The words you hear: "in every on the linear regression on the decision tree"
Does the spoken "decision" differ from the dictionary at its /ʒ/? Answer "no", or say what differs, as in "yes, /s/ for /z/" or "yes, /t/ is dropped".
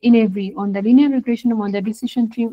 yes, /ʃ/ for /ʒ/